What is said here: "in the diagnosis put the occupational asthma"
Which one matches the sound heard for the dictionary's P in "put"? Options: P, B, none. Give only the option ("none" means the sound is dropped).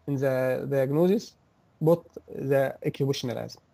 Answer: B